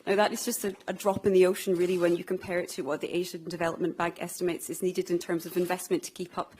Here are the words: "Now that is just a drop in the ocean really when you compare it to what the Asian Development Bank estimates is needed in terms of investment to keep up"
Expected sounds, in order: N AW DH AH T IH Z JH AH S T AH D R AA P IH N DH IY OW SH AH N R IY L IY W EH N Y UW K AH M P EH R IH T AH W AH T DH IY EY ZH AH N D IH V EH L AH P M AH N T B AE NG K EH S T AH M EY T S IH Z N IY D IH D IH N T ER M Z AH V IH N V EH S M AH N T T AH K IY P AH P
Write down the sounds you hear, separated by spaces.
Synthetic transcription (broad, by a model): N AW DH AH T IH Z JH AH S T AH D R AA P IH N DH IY OW SH AH N R IY L IY W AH N Y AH K AH M P EH R IH T AH W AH T DH IY EY ZH AH N D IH V EH L AH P M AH N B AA NG K EH S T AH M EY T S IH Z N IY D IH D IH N T ER M Z AH V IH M V EH S M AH N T T AH K IY P AH P